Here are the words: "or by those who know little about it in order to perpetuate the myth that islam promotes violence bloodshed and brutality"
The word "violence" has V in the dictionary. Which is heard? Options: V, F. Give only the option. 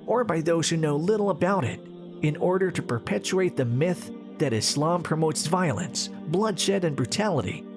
V